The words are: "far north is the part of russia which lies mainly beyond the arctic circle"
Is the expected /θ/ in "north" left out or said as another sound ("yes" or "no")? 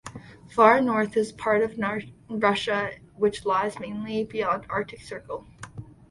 no